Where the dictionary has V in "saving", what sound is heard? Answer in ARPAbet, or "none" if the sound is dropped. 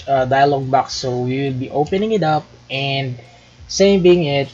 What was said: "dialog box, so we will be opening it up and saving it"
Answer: B